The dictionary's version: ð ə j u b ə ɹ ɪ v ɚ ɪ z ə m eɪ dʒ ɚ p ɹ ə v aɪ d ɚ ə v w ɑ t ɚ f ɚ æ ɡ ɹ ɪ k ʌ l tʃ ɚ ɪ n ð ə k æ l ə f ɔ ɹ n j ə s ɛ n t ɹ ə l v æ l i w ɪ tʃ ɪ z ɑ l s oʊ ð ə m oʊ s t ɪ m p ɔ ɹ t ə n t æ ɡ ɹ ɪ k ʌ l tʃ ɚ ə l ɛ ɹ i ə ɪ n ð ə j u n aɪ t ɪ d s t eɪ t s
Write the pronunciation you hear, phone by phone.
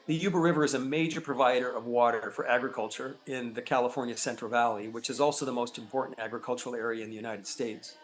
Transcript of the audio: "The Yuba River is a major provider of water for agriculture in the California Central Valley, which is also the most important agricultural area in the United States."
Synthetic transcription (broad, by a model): ð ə j u b ə ɹ ɪ v ɚ ɪ z ə m eɪ dʒ ɚ p ɹ ə v aɪ d ɚ ə v w ɑ t ɚ f ɚ æ ɡ ɹ ɪ k ʌ l tʃ ɚ ɪ n ð ə k æ l ə f ɔ ɹ n j ə s ɛ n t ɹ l v æ l i w ɪ tʃ ɪ z ɑ l s oʊ ð ə m oʊ s t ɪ m p ɔ ɹ t n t æ ɡ ɹ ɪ k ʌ l tʃ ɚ l ɛ ɹ i ə ɪ n ð ə j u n aɪ t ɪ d s t eɪ t s